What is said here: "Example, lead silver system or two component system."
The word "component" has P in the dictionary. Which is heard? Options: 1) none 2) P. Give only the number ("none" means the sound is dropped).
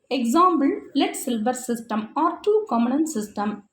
1